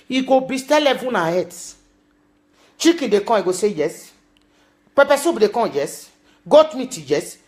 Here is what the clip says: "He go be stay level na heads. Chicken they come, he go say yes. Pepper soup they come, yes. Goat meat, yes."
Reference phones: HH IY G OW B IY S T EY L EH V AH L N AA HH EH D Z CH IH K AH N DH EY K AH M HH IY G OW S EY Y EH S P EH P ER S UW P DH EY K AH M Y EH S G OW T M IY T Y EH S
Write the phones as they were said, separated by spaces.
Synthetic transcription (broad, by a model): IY G OW B IY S T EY L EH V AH N AA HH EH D S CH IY K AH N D EY K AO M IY G OW S EY Y EH S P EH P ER S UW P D EY K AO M Y EH S G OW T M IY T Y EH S